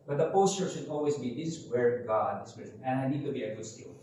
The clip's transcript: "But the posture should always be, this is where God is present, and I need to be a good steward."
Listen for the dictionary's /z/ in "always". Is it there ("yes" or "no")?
no